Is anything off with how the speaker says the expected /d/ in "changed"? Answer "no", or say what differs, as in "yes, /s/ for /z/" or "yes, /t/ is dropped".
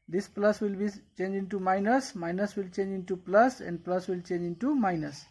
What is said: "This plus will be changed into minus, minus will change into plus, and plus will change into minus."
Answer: yes, /d/ is dropped